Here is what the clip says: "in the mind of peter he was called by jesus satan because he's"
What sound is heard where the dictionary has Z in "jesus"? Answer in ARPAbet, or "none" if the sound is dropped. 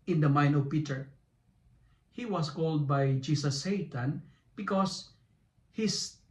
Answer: S